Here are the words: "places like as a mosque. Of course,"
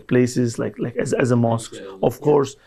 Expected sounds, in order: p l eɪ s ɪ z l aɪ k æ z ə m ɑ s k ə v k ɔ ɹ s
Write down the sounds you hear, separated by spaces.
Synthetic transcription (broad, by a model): p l eɪ s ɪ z l aɪ k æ z ə m ɑ s k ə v k ɔ ɹ s